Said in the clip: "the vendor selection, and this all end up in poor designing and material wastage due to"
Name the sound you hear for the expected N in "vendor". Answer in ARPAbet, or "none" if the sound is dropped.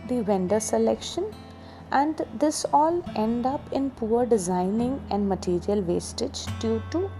N